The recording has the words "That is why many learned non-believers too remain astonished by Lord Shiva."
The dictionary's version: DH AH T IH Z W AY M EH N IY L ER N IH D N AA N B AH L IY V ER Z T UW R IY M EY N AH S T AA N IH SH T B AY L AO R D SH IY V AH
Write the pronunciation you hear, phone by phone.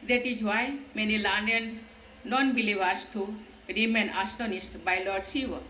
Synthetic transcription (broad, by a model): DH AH T IH Z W AY M EH N IY L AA N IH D N AA N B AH L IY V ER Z T UW R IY M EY N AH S T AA N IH S T B AY L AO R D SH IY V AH